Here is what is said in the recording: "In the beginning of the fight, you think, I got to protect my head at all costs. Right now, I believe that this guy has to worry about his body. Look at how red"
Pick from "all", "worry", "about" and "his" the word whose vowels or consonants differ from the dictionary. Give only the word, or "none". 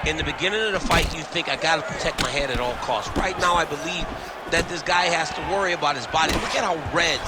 none